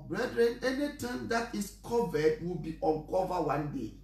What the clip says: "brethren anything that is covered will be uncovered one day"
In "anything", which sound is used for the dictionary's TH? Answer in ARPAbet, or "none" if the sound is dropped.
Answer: T